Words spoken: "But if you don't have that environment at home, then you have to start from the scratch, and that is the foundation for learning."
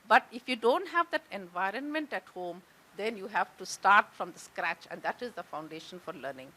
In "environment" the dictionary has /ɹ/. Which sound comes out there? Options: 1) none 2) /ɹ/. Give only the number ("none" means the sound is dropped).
2